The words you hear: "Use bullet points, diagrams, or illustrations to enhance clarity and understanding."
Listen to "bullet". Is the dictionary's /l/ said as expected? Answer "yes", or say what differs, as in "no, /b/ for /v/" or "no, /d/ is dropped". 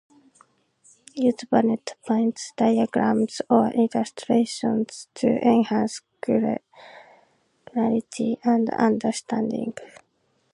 no, /n/ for /l/